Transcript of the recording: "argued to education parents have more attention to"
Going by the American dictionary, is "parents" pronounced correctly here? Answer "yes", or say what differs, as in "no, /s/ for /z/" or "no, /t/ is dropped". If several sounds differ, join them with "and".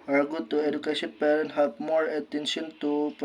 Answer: no, /s/ is dropped